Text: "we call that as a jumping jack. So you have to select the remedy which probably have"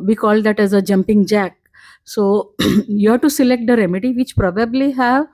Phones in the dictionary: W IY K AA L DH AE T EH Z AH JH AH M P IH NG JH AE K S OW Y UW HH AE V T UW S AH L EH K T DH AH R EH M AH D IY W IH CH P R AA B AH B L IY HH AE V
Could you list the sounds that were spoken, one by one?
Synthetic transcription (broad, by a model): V IY K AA L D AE T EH Z AH JH AH M P IH NG JH AE K S OW Y UW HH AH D T UW S AH L EH K T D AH R EH M AH D IY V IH CH P R AA B AH B L IY HH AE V